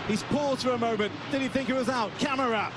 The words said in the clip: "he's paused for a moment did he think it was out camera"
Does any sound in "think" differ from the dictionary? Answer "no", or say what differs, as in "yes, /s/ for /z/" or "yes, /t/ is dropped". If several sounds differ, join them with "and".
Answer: no